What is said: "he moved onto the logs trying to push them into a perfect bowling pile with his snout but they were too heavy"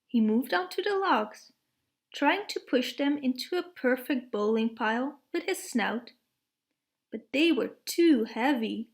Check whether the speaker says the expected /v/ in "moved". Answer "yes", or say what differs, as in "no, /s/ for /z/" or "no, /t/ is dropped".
yes